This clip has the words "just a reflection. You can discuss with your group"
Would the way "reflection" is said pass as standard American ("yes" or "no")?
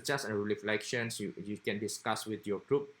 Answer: no